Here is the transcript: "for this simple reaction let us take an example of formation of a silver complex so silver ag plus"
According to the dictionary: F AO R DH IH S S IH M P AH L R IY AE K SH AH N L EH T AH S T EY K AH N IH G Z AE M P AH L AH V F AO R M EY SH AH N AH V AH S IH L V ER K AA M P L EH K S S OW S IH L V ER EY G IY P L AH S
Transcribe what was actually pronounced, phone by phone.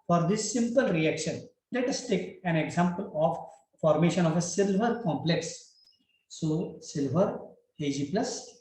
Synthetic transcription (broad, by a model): F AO R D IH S S IH M P AH L R IY AE K SH AH N L EH T AH S T EY K AH N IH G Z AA M P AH L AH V F AO R M EY SH AH N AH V AH S IH L V ER K AA M P L EH K S S OW S IH L V ER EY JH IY P L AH S